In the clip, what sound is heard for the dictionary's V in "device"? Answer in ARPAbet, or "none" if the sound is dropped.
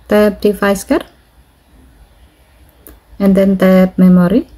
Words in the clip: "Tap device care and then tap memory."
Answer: F